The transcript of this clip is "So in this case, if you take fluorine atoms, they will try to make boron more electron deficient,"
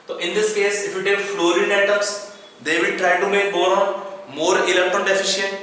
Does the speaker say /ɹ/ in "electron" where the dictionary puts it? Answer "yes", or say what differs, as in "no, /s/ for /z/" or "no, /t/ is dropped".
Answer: no, /ɹ/ is dropped